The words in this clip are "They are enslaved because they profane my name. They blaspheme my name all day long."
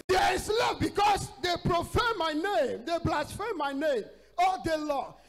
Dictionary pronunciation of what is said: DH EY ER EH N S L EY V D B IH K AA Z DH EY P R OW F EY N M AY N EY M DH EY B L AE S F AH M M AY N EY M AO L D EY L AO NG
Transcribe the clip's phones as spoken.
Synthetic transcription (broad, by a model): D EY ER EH S L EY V B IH K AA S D EY P R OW F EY M AY N EY M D EY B L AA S F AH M M AY N EY M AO D EY L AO